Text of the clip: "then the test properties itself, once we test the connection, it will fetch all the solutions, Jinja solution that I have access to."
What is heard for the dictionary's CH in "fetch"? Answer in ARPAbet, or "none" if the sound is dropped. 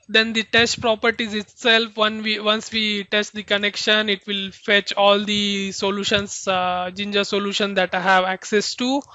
CH